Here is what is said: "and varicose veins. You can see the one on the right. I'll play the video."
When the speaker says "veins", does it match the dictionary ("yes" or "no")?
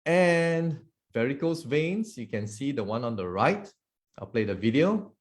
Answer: no